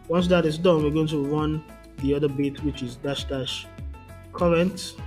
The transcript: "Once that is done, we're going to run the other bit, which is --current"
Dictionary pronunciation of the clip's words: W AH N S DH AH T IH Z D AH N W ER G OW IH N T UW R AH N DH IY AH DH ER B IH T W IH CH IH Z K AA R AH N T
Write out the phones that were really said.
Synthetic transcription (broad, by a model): W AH N S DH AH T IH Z D AH N W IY G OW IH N T UW R AH N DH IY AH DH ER B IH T W IH CH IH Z K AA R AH N T